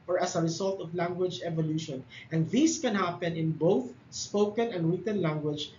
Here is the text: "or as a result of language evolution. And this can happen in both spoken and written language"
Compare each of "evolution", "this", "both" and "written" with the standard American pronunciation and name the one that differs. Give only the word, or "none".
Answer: none